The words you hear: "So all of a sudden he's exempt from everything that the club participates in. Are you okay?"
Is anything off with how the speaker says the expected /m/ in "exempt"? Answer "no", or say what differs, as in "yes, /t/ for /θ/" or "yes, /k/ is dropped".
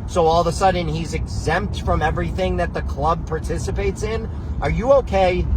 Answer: no